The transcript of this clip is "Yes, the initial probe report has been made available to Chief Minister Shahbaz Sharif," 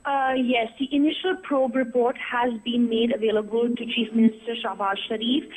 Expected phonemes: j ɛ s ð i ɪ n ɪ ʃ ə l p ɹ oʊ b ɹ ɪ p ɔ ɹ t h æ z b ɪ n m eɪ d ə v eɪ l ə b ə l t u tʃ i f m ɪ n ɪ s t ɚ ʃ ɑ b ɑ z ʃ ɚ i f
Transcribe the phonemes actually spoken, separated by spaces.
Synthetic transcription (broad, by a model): j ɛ s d i ɪ n ɪ ʃ ə l p ɹ oʊ b ɹ ɪ p ɔ ɹ t h æ z b ɪ n m eɪ d ə v eɪ l ə b ə l t u tʃ i f m ɪ n ɪ s t ɚ ʃ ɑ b ɑ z ʃ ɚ i f